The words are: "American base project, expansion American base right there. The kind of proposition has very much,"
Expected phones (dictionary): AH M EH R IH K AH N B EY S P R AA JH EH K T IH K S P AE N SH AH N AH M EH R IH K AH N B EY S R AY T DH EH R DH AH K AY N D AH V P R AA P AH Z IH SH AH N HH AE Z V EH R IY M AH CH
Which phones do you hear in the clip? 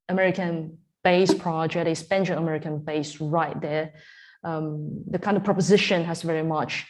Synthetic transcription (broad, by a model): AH M EH R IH K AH N B EY S P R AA JH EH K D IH S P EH N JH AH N AH M EH R IH K AH N B EY S R AY T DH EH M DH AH K AY N D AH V P R AA P AH Z IH SH AH N HH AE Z V EH R IY M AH CH